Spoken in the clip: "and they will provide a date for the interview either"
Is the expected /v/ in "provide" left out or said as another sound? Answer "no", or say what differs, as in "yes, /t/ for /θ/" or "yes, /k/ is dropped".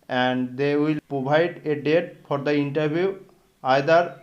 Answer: yes, /b/ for /v/